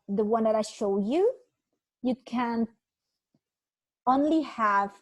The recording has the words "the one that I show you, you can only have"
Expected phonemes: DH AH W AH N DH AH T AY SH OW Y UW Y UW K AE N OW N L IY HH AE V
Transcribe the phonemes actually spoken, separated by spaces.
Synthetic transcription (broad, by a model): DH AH W AH N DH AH T AY SH OW Y UW Y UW K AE N OW N L IY HH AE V